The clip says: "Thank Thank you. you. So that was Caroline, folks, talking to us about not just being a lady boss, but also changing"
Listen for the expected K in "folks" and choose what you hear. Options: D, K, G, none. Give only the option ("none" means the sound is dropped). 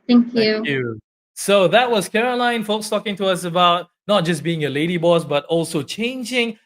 K